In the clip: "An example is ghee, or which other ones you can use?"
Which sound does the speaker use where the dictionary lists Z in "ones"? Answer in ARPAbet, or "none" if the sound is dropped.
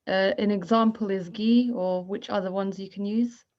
Z